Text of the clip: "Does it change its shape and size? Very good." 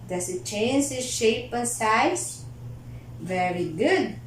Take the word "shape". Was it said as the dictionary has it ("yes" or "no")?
yes